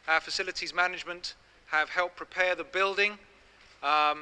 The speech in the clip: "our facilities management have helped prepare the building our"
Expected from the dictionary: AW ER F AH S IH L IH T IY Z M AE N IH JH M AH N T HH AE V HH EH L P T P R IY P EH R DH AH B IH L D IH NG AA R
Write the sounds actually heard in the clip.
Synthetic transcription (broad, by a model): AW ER F AH S IH L IH T IY Z M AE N IH JH M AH N T HH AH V HH EH L P P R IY P EH DH AH B IH L D IH NG